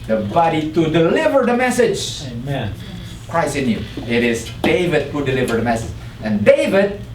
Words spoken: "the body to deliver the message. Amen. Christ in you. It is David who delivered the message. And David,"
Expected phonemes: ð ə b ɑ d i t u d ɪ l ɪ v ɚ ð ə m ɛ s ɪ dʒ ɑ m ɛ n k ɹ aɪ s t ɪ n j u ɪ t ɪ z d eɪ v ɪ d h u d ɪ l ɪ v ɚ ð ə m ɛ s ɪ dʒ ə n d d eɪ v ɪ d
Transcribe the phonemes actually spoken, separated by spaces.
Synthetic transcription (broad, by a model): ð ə b ɑ d i t u d ɪ l ɪ v ɚ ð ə m ɛ s ɪ dʒ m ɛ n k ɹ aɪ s ɪ n j u ɪ t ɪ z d eɪ v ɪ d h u d ɪ l ɪ v ɚ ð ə m ɛ s ɪ dʒ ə n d d eɪ v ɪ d